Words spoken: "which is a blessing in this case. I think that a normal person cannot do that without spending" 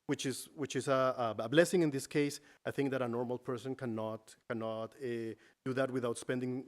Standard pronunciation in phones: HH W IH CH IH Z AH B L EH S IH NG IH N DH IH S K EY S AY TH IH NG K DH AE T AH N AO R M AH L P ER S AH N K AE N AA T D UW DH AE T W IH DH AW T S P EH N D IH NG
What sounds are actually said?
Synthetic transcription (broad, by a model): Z W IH CH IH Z AH B L EH S IH NG IH N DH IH S K EY S AY TH IH NG K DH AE T AH N AO R M AH L P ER S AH N K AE N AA T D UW DH AE T W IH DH AW T S P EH N D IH NG